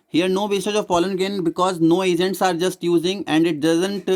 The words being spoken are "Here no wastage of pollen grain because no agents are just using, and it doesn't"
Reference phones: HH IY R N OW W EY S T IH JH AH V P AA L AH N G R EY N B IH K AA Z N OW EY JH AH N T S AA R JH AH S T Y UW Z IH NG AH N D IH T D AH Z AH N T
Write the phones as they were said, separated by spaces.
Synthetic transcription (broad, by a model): HH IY R N OW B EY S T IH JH AH V F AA L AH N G EY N B IH K AA Z N OW EY JH AH N T S AA R JH AH S T Y UW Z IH NG AH N D IH T D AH Z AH N T